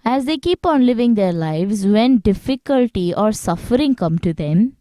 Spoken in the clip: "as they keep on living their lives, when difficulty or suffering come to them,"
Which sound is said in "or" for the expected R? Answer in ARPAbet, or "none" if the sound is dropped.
R